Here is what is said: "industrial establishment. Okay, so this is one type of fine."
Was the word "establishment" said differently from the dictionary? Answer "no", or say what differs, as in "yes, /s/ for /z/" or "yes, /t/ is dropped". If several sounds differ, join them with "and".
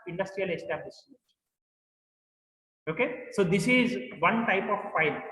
yes, /m/ is dropped